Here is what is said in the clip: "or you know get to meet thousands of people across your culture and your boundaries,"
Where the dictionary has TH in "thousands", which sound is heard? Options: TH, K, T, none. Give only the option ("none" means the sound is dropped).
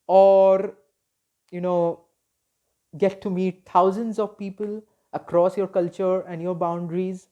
T